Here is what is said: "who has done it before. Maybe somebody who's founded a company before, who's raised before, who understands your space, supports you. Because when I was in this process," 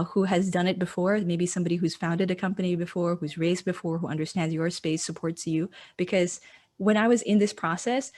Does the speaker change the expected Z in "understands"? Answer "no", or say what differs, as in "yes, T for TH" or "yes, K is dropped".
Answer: no